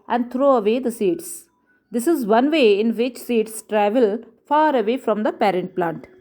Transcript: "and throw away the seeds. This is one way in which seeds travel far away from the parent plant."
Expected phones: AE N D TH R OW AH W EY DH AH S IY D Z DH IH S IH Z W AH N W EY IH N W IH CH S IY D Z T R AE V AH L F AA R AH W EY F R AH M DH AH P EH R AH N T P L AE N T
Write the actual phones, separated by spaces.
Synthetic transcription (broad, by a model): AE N D T R OW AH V EY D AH S IY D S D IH S IH Z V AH N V EY IH N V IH CH S IY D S T R AE V AH L F AA R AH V EY F R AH M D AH P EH R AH N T P L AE N T